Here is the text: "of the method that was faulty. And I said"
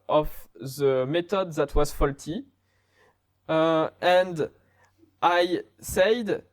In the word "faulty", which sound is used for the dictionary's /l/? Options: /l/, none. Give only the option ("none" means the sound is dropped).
/l/